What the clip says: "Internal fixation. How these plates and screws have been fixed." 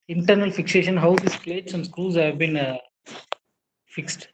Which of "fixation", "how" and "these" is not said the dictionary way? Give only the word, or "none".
these